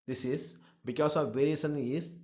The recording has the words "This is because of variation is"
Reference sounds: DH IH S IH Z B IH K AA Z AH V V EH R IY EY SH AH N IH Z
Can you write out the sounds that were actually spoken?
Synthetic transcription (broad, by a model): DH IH S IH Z B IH K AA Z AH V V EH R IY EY S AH N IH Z